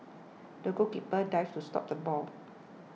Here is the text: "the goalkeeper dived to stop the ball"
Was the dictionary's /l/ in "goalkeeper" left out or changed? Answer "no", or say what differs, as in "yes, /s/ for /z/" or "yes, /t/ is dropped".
yes, /l/ is dropped